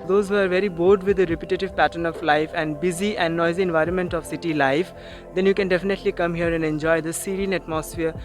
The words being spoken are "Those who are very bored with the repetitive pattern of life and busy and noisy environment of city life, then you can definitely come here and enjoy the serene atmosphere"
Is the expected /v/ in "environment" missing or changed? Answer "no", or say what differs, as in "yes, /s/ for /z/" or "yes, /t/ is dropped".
no